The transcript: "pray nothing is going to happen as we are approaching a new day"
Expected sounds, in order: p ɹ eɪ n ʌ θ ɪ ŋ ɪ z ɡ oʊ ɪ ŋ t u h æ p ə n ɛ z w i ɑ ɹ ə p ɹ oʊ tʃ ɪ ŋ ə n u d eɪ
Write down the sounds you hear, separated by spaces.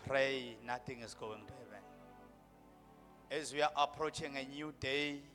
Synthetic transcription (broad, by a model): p ɹ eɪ n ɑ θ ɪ ŋ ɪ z ɡ oʊ ɪ ŋ t u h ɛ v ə n ɛ z w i ɑ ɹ ə p ɹ oʊ tʃ ɪ ŋ ə n u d eɪ